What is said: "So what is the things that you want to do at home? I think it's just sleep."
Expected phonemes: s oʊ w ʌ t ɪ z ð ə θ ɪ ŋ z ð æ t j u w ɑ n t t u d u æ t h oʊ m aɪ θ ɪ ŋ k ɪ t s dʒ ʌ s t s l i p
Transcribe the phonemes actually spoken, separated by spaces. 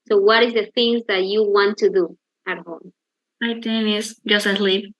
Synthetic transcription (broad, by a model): s oʊ w ʌ t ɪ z ð ə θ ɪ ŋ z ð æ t j u w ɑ n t t u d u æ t h oʊ m aɪ t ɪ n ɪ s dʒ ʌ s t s l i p